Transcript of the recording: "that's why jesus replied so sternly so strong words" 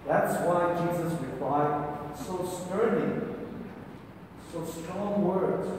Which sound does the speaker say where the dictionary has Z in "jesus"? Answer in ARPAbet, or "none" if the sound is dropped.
Z